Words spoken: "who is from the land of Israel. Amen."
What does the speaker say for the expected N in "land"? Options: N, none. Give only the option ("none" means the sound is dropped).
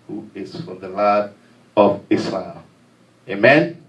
none